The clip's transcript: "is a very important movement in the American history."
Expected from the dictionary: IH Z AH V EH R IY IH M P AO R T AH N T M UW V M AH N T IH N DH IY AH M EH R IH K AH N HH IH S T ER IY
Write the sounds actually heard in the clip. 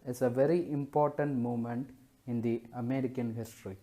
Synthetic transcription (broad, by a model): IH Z AH V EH R IY IH M P AO R T AH N T M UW M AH N T IH N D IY AH M EH R IH K AH N HH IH S T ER IY